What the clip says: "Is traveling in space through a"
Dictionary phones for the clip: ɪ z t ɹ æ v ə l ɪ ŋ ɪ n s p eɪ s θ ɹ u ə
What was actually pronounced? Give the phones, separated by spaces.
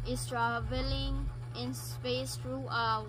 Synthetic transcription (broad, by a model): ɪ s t ɹ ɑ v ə l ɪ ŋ ɪ n s p eɪ s t ɹ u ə